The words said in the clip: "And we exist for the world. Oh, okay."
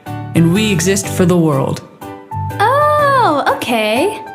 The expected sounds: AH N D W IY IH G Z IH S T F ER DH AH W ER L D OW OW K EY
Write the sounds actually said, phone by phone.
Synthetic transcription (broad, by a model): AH N W IY IH G Z IH S T F ER DH AH W ER L D OW OW K EY